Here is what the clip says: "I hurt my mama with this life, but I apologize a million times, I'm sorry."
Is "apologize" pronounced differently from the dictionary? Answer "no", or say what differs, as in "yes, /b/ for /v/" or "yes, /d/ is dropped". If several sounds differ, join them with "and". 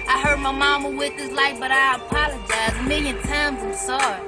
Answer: no